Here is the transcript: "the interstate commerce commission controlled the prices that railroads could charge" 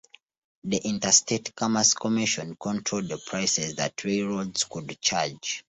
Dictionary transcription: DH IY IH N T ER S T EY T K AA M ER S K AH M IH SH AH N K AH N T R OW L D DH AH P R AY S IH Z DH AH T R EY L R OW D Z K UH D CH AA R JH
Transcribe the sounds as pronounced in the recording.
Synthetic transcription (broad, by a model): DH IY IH N T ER S T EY T K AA M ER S K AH M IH SH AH N K AH N T R OW L D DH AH P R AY S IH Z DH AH T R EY R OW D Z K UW D CH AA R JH